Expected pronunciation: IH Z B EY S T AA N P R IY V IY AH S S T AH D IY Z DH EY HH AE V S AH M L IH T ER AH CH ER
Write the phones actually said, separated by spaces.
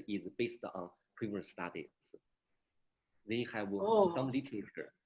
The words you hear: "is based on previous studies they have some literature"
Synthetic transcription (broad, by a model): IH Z B EY S T AA N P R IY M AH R S T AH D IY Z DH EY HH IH W S AH M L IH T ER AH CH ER